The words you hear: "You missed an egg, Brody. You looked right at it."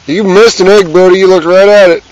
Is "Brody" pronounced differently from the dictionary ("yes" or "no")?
yes